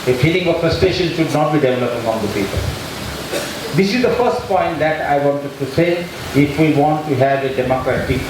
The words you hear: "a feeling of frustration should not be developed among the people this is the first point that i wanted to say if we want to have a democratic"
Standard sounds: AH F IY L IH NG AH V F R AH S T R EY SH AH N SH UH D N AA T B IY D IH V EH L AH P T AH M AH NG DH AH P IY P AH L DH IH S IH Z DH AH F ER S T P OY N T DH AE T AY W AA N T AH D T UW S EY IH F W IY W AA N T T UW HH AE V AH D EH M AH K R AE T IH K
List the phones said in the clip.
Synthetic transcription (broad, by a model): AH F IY L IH NG AH V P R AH S T EY SH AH N SH UH D N AA T B IY D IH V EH L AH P AH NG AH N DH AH P IY P AH L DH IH S IH Z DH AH F ER S T P OY N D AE T AY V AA N T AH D T UW S EY IH F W IY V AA N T T UW HH AE V AH D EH M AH K R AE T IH K